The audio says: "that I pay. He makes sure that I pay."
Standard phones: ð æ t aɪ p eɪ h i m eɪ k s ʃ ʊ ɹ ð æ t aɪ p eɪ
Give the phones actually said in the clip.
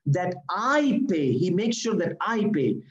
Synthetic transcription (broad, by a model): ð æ t aɪ p eɪ h i m eɪ k s ʃ ʊ ɹ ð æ t aɪ p eɪ